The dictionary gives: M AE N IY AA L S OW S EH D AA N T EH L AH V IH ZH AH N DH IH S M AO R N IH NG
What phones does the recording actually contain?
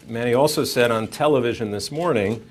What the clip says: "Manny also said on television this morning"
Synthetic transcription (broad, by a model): M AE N IY AA L S OW S EH D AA N T EH L AH V IH ZH AH N DH IH S M AO R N IH NG